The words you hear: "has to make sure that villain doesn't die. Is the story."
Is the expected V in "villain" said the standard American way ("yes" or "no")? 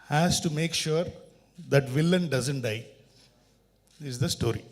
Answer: yes